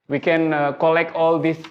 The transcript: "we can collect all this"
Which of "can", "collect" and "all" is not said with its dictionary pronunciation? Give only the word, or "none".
none